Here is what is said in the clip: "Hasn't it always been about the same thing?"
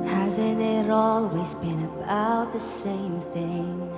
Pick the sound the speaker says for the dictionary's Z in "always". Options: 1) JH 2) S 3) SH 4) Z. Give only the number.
4